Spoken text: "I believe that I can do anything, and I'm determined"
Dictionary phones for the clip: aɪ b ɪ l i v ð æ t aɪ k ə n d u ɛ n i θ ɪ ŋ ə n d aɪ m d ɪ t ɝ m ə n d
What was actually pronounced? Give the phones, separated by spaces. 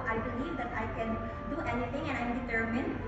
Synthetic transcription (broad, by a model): aɪ b ɪ l i v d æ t aɪ k ə n d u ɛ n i t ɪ ŋ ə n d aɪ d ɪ t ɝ m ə n